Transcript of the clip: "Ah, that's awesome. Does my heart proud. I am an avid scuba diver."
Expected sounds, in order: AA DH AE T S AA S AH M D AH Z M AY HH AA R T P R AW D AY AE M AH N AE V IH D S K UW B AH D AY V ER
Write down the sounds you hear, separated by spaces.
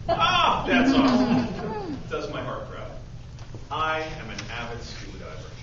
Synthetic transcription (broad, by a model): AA DH AE T S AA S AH D AH Z M AY HH AA R T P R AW AY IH M AH N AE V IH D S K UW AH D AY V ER